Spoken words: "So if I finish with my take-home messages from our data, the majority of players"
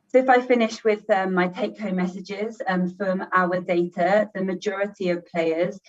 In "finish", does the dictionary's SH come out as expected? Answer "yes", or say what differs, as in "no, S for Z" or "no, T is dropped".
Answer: yes